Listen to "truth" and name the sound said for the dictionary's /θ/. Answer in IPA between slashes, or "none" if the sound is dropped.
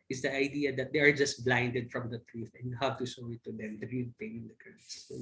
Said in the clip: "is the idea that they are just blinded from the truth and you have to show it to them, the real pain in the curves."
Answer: /f/